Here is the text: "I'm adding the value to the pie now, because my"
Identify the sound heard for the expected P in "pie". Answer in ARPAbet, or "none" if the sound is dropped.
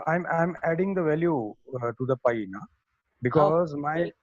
P